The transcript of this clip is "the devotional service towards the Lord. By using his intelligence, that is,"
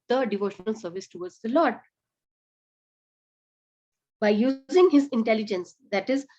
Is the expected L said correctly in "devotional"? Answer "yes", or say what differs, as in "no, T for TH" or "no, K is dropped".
yes